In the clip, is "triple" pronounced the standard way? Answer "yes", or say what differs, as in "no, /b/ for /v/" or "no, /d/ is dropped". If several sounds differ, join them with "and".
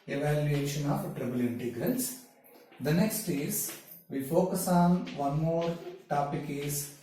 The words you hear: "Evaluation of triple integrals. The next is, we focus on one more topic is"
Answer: no, /b/ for /p/